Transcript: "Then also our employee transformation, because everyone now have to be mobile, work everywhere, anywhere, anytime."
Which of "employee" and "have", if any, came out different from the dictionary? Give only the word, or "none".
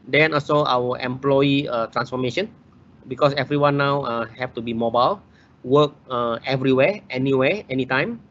have